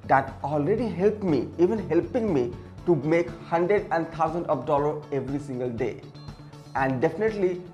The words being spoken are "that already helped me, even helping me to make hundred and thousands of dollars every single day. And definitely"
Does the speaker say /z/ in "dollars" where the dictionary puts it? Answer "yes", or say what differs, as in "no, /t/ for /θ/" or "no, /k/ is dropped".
no, /z/ is dropped